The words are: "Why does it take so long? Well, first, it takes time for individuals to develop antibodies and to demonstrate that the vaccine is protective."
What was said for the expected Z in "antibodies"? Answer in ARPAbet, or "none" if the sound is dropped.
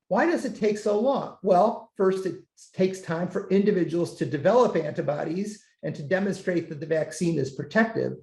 Z